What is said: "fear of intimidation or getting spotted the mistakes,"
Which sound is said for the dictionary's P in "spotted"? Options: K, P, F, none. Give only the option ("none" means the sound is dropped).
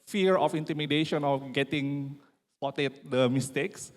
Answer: none